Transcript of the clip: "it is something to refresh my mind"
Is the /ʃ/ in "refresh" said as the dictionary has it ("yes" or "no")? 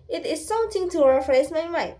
no